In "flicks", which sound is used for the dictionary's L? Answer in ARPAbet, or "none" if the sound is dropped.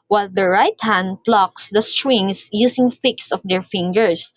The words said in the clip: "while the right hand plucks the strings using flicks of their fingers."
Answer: none